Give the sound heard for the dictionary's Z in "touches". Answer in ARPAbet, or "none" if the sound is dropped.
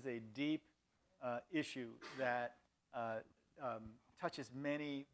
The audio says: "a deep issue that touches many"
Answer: Z